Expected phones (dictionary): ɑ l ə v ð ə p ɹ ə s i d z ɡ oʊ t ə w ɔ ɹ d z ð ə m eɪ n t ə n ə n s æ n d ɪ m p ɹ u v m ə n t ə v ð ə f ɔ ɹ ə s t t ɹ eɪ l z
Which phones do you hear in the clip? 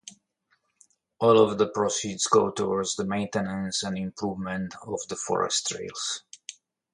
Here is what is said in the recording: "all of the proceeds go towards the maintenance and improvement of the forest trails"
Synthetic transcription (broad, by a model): ɑ l ə v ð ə p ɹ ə s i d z ɡ oʊ t ə w ɔ ɹ d z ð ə m eɪ n t ə n ə n s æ n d ɪ m p ɹ u v m ə n t ə v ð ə f ɔ ɹ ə s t t ɹ eɪ l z